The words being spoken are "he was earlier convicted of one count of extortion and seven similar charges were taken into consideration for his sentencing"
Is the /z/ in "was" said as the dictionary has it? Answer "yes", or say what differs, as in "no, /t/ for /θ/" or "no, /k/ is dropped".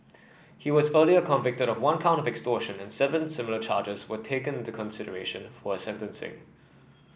yes